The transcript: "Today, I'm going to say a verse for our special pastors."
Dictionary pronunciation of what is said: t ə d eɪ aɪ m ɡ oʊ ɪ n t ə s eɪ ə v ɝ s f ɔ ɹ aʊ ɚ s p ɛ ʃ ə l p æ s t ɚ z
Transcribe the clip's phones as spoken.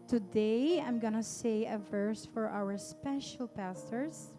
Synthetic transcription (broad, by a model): t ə d eɪ aɪ m ɡ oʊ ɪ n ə s eɪ ə v ɝ s f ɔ ɹ aʊ ɚ s p ɛ ʃ ə l p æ s t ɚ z